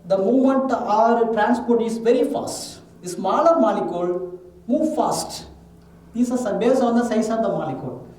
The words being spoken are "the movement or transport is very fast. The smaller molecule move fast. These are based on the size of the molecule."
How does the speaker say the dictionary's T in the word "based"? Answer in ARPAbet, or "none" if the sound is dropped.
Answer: none